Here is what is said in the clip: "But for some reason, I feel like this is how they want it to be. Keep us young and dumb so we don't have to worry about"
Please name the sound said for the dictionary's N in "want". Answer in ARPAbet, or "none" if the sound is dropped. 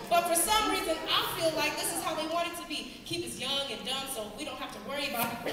none